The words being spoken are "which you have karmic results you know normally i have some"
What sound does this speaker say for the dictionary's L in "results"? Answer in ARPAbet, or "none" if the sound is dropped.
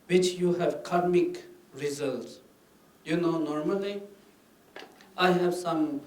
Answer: L